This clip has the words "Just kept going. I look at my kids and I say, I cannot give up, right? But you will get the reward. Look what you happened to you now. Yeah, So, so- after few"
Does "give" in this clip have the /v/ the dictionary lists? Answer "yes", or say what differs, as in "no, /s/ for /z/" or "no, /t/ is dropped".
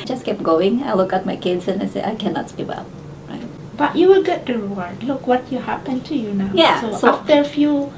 no, /w/ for /v/